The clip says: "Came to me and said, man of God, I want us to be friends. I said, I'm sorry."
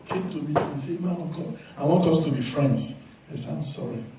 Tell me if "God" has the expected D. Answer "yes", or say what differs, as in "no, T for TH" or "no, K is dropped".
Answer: no, D is dropped